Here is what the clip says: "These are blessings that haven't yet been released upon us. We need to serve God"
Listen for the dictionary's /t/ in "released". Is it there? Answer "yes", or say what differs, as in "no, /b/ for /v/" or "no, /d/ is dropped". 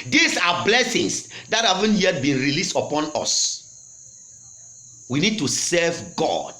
yes